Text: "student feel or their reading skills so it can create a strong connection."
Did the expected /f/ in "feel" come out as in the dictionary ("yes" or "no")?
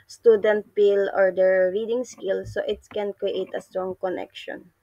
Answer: no